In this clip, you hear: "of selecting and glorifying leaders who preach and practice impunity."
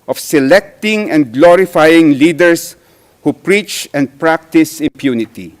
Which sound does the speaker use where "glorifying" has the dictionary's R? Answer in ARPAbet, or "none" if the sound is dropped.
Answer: R